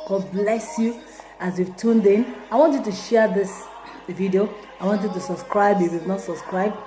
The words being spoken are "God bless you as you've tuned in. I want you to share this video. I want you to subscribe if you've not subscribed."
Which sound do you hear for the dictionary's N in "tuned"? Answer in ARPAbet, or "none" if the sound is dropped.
N